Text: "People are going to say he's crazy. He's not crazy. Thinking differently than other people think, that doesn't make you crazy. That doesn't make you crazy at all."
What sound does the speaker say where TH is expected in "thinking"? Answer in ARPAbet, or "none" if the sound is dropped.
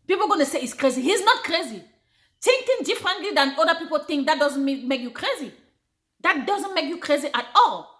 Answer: T